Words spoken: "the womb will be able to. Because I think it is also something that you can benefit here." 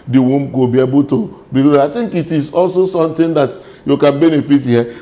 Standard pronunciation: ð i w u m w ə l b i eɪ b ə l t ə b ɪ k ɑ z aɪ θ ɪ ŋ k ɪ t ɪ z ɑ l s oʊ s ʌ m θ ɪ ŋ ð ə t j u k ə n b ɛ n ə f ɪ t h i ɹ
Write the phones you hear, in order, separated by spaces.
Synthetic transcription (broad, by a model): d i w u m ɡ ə b i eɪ b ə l t ə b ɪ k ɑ aɪ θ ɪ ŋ k ɪ t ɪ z ɑ l s oʊ s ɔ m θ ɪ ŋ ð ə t j u k ə n b ɛ n ə f ɪ t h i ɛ